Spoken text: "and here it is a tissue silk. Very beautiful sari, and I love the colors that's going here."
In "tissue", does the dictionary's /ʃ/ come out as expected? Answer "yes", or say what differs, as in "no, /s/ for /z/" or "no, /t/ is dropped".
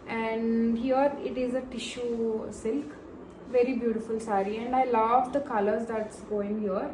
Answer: yes